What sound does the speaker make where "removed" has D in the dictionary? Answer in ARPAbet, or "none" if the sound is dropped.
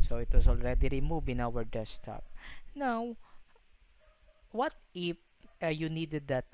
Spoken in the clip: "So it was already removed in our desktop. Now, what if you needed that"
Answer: none